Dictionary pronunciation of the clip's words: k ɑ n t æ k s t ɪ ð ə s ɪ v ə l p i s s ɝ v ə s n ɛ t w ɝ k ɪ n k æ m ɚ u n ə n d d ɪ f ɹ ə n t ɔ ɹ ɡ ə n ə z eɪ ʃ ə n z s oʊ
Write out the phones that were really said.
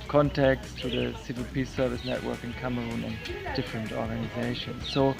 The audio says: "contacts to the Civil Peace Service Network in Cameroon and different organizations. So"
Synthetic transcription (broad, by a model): k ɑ n t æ k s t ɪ ð ə s ɪ v ə l p i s s ɝ v ə s n ɛ t w ɝ k ɪ n k æ m ɚ u n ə n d d ɪ f ɹ ə n t ɔ ɹ ɡ ə n ə z eɪ ʃ ə n z s oʊ